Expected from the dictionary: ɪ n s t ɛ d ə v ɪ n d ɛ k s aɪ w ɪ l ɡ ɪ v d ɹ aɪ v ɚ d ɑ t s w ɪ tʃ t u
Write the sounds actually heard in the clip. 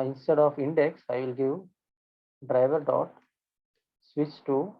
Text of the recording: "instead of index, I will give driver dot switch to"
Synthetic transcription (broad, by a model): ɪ n s t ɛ d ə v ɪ n d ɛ k s aɪ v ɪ l ɡ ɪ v d ɹ aɪ v ɚ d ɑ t s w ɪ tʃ t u